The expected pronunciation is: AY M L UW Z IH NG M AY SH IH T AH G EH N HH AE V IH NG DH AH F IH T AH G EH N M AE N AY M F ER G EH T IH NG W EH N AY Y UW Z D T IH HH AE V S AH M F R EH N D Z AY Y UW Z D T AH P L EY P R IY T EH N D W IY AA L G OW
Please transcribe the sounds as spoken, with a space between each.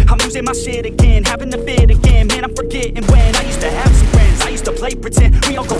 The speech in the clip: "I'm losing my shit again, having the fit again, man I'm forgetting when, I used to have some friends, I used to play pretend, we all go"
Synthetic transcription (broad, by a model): AY M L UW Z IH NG M AY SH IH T AH G EH N HH AE V IH NG DH AH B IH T AH G EH N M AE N AY F ER G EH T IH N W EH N AY Y UW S T IH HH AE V S AH M F R EH N D Z AY Y UW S T AH P L EY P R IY T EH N W IY AA L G OW